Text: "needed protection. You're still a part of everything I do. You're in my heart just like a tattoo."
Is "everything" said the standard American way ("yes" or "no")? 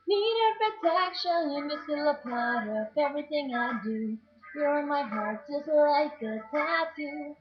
yes